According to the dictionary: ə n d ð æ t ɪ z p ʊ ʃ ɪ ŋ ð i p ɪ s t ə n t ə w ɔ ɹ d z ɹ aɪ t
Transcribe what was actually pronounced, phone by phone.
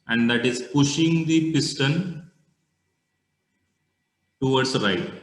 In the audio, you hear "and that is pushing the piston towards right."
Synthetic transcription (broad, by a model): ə n d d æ t ɪ z p ʊ ʃ ɪ ŋ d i p ɪ s t ə n t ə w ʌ ɹ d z ɹ aɪ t